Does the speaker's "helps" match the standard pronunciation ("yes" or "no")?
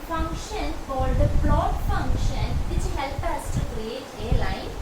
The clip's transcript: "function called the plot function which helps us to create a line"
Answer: no